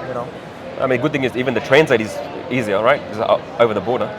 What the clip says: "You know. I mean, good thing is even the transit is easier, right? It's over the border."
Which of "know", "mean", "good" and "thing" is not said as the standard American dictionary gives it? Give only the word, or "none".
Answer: none